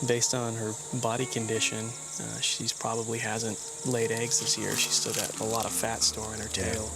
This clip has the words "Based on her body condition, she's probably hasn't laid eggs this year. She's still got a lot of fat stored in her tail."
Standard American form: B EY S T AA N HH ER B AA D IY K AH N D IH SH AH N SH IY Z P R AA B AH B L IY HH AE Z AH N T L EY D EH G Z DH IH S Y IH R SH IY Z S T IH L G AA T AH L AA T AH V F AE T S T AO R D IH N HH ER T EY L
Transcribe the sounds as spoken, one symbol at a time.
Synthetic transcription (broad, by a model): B EY S T N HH ER B AA D IY K AH N D IH SH AH N SH IY Z P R AA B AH B L IY HH AE Z AH N T L EY D EH G Z DH IH S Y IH R SH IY S T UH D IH T AH L AA T AH V F AE T S T AO R IH N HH ER T EY L